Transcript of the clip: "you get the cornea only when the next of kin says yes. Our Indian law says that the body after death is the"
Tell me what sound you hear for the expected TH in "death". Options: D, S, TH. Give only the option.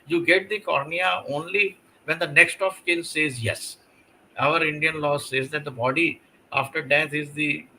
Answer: S